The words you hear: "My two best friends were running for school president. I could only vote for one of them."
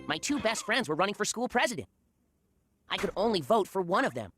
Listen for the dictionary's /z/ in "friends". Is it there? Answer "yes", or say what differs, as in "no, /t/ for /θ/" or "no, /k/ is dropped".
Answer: yes